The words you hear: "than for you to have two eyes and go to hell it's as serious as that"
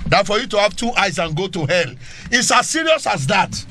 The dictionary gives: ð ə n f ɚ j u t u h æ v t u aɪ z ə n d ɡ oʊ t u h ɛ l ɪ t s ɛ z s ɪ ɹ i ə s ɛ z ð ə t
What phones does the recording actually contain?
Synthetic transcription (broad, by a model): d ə f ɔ j u t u h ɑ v t u aɪ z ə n ɡ oʊ t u h ɛ l ɪ t s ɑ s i ɹ i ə s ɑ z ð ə t